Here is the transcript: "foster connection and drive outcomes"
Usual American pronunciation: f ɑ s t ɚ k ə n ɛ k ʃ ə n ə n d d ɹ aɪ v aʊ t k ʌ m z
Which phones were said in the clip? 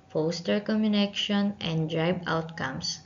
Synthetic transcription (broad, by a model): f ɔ s t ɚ k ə n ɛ k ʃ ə n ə n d d ɹ aɪ b aʊ t k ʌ m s